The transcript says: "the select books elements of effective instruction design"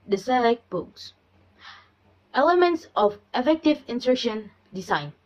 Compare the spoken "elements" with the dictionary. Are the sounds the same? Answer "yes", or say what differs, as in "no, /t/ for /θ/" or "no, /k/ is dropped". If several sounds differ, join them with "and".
yes